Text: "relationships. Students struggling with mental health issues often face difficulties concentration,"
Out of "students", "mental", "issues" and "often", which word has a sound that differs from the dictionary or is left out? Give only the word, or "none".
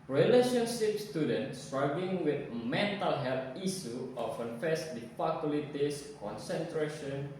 issues